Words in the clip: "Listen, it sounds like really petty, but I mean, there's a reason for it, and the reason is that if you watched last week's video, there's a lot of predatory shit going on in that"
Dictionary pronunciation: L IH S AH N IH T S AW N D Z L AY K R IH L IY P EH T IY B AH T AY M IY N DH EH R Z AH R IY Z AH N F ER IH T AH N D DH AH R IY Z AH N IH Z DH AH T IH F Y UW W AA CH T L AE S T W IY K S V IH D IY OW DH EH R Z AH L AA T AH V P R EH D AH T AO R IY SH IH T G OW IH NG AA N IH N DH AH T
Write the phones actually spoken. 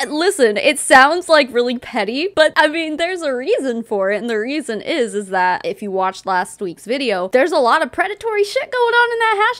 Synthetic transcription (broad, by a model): L IH S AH N IH T S AW N D Z L AY K R IH L IY P EH T IY B AH T AY M IY N DH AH R Z AH R IY Z AH N F ER IH T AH N DH AH R IY Z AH N IH Z DH AH T IH F Y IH W AA CH T L AE S T W IY K S V IH D IY OW DH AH R Z AH L AA T AH V P R EH D AH T AO R IY SH IH T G OW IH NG N IH N DH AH T